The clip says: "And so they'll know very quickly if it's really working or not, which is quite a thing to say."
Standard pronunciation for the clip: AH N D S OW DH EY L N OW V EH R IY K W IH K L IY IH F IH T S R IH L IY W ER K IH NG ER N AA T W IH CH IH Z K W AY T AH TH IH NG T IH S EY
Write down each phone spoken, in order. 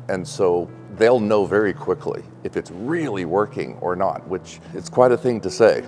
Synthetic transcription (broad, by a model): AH N S OW DH EY L N OW V EH R IY K W IH K L IY IH F IH T S R IH L IY W ER K IH NG ER N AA T W IH CH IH S K W AY T AH TH IH NG T IH S EY